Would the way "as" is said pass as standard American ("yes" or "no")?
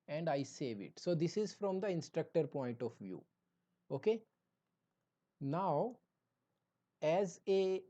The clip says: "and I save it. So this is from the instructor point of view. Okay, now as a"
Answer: yes